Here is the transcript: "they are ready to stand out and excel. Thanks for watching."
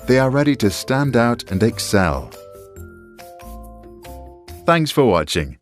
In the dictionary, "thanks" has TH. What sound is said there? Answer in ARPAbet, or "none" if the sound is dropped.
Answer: TH